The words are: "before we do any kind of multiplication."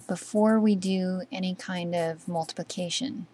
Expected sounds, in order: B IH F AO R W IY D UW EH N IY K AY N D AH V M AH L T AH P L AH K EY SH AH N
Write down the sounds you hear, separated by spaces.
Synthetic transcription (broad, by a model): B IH F AO R W IY D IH EH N IY K AY N D AH V M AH L T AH P L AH K EY SH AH N